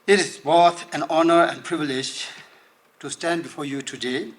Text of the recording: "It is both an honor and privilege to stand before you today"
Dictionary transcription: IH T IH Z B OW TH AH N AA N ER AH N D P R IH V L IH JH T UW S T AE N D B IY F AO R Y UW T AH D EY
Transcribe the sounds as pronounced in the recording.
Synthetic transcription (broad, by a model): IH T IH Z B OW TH AH N AA N ER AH N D P R IH V L IH JH T UW S T AE N D B IY F AO R Y UW T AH D EY